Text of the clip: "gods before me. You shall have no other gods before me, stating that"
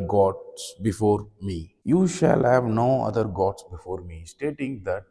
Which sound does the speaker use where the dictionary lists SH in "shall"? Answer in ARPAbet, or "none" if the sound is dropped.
SH